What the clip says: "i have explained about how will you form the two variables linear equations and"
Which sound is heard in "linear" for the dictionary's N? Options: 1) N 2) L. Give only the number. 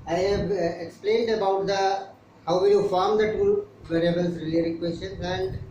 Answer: 2